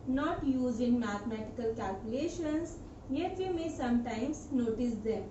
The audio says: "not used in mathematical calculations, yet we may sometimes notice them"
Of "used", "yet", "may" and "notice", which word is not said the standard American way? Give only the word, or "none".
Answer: used